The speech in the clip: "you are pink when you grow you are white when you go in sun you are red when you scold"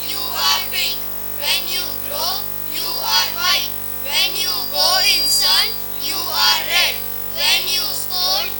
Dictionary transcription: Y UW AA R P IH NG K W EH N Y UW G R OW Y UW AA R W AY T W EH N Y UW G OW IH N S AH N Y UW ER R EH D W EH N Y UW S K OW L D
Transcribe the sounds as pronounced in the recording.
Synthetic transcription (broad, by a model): Y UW AA R B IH K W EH N Y UW G R OW Y UW AA R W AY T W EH N Y UW G OW IH N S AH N Y UW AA R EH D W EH N Y UW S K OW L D